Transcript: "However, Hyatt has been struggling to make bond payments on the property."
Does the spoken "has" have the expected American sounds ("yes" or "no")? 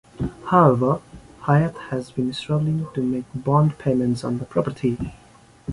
yes